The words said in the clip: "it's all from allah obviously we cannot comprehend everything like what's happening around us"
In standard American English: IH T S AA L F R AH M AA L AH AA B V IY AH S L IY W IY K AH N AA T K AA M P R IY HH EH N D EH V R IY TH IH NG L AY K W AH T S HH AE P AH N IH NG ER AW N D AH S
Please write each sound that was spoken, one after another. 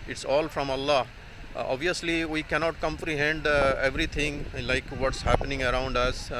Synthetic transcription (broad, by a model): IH T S AA L F R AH M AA L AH AA B V IY AH S L IY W IY K AH N AA T K AA M P R IY HH EH N D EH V R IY T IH NG L AY K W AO T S HH AE P AH N IH NG ER AW N D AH S